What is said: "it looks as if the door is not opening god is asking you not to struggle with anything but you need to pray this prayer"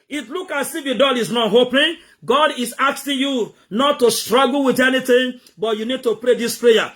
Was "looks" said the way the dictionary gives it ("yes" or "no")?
no